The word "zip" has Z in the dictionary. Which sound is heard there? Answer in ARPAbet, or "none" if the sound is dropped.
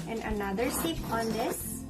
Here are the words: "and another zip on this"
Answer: S